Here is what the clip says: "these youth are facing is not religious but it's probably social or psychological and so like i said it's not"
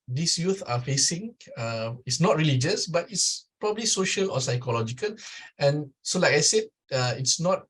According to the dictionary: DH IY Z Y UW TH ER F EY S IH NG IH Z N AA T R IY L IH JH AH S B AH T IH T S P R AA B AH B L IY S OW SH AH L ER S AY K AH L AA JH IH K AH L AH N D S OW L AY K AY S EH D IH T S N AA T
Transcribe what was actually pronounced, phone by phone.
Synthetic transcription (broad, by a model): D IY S Y UW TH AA F EY S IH NG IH S N AA T R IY L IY JH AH S B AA T IH T S P R AA B AH B L IY S OW SH AH L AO S AY K AH L AA JH IH K AH L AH N S OW L AY K AY S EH D IH T S N AA T